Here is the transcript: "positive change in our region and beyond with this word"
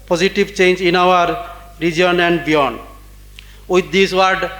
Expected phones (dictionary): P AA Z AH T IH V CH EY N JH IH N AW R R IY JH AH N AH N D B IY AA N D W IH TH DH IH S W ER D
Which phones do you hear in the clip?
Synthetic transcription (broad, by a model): P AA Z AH T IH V CH EY N JH IH N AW R R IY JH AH N AH N D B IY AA N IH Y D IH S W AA D